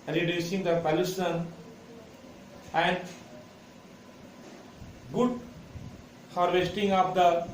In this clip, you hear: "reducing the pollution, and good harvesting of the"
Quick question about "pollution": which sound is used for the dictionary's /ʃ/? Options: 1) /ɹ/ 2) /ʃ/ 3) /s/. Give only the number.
3